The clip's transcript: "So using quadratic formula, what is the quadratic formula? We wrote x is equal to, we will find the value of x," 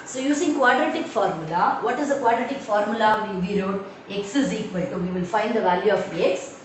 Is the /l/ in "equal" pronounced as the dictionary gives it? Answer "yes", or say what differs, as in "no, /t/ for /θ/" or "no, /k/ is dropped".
no, /n/ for /l/